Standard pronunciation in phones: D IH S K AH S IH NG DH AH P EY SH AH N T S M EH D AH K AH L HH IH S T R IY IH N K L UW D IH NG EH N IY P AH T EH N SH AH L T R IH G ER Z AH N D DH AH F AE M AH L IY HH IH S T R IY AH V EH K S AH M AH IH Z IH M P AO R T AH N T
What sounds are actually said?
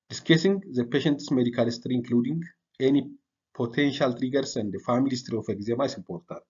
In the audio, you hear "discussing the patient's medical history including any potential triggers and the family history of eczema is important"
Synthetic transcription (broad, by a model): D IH S K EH S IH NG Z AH P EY SH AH N T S M EH D AH K AH L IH S T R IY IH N K L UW D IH NG EH N IY P AH T EH N SH AH L T R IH G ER S AH N D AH F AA M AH L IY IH S T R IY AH F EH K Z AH M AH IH S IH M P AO R T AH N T